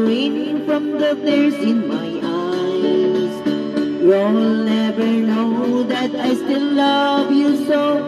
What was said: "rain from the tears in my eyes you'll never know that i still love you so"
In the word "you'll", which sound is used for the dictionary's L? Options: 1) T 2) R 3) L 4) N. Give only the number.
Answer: 4